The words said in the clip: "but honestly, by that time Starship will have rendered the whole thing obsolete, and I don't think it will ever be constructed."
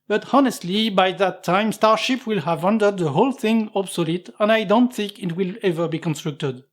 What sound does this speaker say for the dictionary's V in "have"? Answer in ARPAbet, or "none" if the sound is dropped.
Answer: V